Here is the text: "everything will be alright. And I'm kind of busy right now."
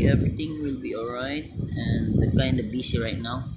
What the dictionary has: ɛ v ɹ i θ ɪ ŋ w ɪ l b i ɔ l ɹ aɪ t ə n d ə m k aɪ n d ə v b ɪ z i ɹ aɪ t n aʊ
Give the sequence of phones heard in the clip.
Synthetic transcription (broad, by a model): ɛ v ɹ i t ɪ ŋ w ɪ l b i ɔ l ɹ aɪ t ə n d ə k aɪ n d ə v b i s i ɹ aɪ t n aʊ